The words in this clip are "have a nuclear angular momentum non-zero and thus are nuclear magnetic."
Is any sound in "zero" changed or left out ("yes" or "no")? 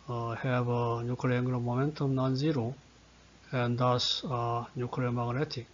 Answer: no